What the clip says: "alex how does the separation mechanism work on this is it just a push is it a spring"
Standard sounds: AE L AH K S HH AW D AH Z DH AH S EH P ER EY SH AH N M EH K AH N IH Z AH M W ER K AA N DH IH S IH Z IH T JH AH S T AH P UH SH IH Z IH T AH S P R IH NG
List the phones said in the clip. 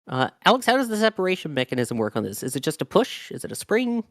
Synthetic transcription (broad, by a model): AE L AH K S HH AW D AH Z DH AH S EH P ER EY SH N M EH K AH N IH Z AH M W ER K N DH IH S IH Z IH T JH AH S T AH P UH SH IH Z IH T AH S P R IH NG